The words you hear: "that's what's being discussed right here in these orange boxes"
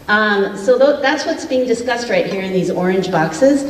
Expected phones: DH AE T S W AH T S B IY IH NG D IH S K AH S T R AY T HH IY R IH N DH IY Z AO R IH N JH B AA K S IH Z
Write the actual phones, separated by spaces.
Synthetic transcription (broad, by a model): DH AE T S W AH T S B IY IH NG D IH S K AH S T R AY T HH IY R IH N DH IY Z AO R IH N JH B AA K S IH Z